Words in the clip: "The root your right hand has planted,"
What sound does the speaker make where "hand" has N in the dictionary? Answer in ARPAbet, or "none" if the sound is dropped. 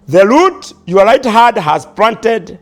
none